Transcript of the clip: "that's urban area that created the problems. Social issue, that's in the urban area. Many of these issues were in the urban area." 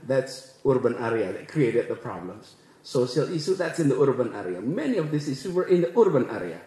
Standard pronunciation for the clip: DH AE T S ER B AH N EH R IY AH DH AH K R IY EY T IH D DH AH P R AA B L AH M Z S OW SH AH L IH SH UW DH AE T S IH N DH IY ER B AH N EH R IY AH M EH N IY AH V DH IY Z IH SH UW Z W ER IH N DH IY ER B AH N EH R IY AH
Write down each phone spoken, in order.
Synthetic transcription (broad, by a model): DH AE T S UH B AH N EH R IY AH DH AH K R IY EY T IH D DH AH P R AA B L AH M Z S OW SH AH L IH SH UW DH AE T S IH N DH IY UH B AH N EH R IY AH M EH N IY AH V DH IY S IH S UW W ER IH N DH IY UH B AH N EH R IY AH